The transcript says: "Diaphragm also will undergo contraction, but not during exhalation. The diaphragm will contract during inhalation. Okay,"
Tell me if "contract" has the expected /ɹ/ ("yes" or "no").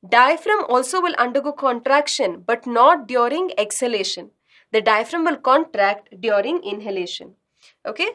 yes